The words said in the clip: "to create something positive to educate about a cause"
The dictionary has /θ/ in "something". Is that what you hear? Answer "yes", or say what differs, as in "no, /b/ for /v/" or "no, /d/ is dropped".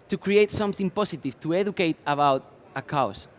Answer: yes